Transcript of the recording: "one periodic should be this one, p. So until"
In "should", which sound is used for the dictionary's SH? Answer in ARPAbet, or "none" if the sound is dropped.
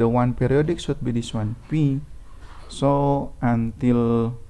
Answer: S